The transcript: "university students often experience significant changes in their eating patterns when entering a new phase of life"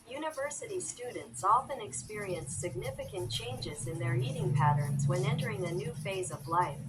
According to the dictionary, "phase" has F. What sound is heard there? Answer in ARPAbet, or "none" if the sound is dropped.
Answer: F